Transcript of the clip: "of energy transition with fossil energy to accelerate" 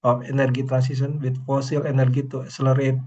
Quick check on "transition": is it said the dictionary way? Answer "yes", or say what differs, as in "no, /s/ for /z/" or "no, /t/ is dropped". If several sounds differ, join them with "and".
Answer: no, /s/ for /z/ and /s/ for /ʃ/